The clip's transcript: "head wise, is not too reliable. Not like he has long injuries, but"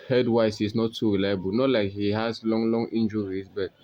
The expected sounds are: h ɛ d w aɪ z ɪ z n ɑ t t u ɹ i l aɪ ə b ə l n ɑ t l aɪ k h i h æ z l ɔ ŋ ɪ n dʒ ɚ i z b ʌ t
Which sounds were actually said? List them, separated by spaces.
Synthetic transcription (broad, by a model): h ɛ d w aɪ s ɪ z n ɑ t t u ɹ i l aɪ ə b ə l n ɑ t l aɪ k h i h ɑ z l ɔ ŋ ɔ n dʒ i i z b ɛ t